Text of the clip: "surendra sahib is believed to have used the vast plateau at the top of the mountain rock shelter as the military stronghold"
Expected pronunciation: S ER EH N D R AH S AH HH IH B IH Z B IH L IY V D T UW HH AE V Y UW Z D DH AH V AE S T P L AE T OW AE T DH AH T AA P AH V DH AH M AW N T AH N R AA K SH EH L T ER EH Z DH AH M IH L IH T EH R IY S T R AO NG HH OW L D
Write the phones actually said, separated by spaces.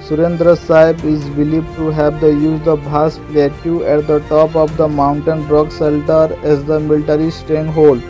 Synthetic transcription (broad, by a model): S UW EH N D R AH S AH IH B IH Z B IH L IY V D T UW HH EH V Y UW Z D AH B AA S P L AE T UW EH T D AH T AA P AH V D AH M AW N T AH N R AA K S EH L T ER EH Z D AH M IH L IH T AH R IY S T R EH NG HH OW L D